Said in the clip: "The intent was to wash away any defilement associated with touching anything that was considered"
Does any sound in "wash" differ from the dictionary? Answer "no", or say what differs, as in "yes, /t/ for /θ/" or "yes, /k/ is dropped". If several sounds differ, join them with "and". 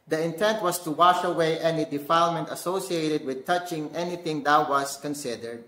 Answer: no